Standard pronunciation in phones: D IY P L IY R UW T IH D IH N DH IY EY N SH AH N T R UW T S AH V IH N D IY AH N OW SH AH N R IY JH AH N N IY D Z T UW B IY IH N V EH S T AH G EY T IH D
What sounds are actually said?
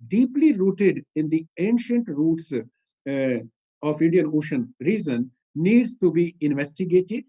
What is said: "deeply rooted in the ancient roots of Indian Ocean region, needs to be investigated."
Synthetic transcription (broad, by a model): D IY P L IY R UW T IH D IH N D IY EY N SH AH N T R UW T S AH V IH N D IY AH N OW SH AH N R IY Z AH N N IY D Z T UW B IY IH N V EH S T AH G EY T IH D